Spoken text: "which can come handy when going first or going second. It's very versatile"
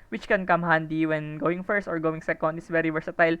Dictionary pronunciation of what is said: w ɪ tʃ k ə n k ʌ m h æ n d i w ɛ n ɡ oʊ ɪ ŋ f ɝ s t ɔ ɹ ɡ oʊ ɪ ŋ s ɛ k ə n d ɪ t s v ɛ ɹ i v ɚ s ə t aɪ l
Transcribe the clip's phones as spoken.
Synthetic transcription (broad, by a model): w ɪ tʃ k ə n k ʌ m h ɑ n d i w ɛ n ɡ oʊ ɪ ŋ f ɝ s t ɔ ɹ ɡ oʊ ɪ ŋ s ɛ k ə n d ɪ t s v ɛ ɹ i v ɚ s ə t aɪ l